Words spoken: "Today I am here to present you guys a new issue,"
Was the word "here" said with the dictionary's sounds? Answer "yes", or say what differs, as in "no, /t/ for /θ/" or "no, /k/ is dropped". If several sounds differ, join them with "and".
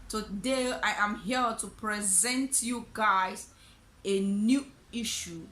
no, /l/ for /ɹ/